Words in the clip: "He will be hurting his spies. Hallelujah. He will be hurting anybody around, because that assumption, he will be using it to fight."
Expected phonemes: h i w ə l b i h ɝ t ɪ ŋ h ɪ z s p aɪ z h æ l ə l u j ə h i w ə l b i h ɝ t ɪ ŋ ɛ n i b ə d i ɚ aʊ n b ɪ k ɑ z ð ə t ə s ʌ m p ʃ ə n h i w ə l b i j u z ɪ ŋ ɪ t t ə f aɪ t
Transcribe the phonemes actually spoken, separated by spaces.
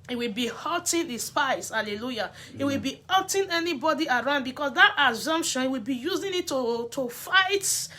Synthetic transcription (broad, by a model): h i w ə l b i h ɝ t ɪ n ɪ s p aɪ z h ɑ l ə l u j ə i w ə l b i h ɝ t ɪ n ɛ n i b ə d i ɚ aʊ n b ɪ k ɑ s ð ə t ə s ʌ m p ʃ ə n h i w ə l b i j u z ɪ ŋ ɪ t t ə f aɪ t